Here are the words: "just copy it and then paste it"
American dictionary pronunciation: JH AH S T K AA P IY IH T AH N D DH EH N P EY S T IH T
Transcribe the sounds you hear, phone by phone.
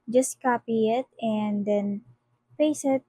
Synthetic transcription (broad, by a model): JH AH S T K AA P IY IH T AH N D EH N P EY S IH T